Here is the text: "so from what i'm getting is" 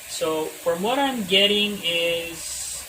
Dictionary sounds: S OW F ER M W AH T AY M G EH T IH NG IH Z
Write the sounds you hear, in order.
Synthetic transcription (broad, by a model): S OW F ER M W AH T AY M G EH T IH NG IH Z